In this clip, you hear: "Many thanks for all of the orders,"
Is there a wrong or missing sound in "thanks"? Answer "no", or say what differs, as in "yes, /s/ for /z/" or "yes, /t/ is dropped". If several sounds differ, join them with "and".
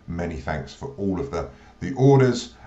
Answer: no